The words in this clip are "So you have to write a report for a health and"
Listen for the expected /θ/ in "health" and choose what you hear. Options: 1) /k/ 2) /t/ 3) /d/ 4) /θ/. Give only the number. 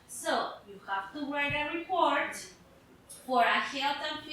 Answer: 2